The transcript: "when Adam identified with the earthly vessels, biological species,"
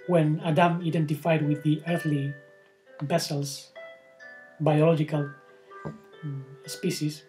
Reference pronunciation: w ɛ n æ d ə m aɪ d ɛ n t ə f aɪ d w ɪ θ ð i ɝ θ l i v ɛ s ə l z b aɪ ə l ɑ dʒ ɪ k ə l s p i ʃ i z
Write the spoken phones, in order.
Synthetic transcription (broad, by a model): w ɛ n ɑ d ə m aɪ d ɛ n t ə f aɪ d w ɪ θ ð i ɝ θ l i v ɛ s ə l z b aɪ ə l ɑ dʒ ɪ k ə l s p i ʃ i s